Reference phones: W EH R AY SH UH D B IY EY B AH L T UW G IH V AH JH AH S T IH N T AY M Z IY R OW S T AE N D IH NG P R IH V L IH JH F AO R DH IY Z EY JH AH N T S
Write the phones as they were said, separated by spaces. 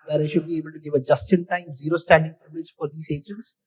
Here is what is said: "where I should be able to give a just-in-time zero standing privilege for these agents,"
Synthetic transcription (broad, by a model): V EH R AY SH UH D B IY EY B AH L T UW G IH V AH JH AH S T IH N T AY M Z IY R OW S T AE N D IH NG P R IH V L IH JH F AO R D IY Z EY JH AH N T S